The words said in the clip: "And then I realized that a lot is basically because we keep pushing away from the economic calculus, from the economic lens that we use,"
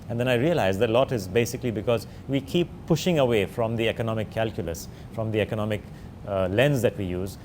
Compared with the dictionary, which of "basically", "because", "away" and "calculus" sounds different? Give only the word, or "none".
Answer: none